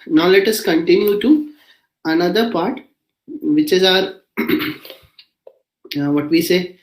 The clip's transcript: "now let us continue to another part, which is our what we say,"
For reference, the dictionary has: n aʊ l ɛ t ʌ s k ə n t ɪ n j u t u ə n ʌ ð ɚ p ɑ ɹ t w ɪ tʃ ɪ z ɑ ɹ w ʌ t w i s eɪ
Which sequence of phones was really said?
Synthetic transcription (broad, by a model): n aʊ l ɛ t ʌ s k ə n t ɪ n j u t u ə n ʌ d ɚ p ɑ ɹ t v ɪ tʃ ɪ z ɑ ɹ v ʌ t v i s eɪ